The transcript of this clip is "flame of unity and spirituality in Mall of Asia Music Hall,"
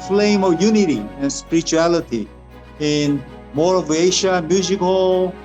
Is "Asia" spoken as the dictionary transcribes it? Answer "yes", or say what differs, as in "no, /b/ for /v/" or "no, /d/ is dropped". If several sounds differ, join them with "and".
no, /ʃ/ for /ʒ/